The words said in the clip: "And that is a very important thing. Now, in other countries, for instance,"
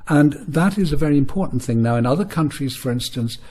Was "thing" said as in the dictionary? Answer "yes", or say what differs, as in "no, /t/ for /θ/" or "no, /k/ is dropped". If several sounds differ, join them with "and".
yes